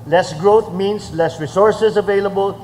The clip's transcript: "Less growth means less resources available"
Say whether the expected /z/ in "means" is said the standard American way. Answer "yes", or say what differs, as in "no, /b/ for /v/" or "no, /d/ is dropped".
no, /s/ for /z/